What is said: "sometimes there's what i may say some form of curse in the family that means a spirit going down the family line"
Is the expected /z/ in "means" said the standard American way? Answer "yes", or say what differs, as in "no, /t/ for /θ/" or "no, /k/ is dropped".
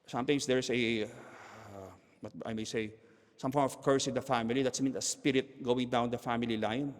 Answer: no, /z/ is dropped